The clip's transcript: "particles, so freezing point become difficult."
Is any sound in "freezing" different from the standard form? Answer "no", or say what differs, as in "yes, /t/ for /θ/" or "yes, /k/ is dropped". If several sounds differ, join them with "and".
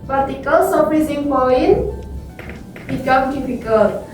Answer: yes, /p/ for /f/